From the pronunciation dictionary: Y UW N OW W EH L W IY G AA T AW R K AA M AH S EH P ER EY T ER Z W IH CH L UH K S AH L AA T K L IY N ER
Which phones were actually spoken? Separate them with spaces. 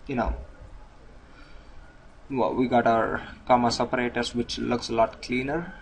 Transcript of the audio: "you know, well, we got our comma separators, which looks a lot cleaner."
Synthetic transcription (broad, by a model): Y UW N OW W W IY G AA T AW R K AA M AH S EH P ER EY T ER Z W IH CH L UH K S AH L AA T K L IY N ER